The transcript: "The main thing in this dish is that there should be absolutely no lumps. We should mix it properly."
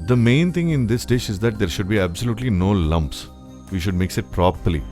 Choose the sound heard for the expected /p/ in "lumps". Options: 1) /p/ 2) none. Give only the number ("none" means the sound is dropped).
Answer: 1